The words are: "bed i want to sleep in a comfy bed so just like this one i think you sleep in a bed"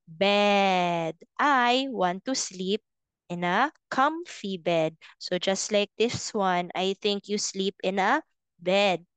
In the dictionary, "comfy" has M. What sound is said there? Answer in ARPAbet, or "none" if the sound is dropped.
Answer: M